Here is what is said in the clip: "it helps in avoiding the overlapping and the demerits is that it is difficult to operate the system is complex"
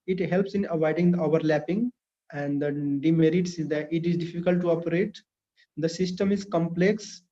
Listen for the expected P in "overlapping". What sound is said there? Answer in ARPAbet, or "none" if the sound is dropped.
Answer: P